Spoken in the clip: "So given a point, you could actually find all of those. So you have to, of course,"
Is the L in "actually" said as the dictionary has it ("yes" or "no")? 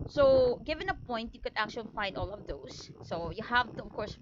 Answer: yes